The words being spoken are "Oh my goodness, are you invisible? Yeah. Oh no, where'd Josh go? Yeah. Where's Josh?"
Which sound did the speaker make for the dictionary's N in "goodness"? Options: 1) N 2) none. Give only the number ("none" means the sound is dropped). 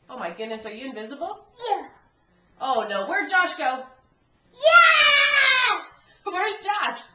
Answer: 1